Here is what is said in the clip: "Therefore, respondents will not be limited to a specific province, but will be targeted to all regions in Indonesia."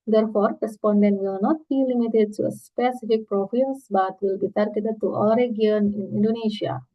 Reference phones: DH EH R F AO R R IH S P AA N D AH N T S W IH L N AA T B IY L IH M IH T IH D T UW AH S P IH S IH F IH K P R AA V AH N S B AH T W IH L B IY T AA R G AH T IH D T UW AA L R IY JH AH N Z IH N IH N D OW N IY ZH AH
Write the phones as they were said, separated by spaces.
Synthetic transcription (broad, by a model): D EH R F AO R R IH S P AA N D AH N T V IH L N AA T B IY L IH M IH T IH D T UW AH S P IH S IH F IH K P R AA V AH S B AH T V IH L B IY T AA R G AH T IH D T UW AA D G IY AH N IH N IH N D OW N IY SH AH